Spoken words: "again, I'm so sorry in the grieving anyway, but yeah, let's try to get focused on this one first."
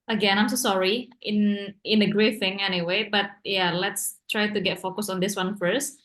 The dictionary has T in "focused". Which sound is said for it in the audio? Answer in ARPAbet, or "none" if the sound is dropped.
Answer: none